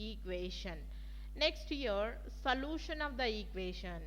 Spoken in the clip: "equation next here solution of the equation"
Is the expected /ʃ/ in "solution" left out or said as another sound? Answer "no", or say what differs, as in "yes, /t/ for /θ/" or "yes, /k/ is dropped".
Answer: no